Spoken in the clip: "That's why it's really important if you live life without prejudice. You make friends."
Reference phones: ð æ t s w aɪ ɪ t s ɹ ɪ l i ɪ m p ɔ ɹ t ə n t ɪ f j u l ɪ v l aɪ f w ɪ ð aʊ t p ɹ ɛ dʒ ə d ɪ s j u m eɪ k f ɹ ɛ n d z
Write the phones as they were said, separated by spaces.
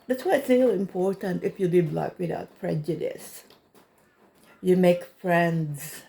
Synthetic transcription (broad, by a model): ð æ t s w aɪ ɪ t s l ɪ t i ɪ m p ɔ ɹ t ə n t ɪ f j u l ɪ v l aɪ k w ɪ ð aʊ t p ɹ ɛ dʒ ə d ɪ s j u m eɪ k f ɹ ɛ n d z